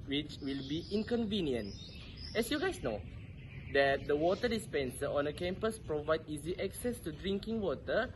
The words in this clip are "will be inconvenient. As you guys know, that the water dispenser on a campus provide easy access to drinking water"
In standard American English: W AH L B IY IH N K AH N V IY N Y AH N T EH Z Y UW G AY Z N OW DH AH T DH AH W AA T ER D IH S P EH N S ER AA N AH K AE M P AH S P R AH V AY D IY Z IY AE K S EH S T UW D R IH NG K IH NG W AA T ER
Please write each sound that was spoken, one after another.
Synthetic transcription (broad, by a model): W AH L B IY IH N K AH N V IY N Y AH N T EH S Y UW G AY S N OW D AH T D AH W AA T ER D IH S P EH N S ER AA N AH K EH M P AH S P R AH V AY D IY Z IY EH K S EH S T UW D R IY NG K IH NG W AA T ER